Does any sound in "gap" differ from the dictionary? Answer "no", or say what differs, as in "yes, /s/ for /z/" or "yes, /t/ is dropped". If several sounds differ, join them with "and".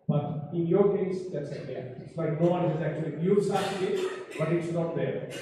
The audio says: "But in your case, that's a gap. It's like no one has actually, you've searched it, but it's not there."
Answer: yes, /p/ is dropped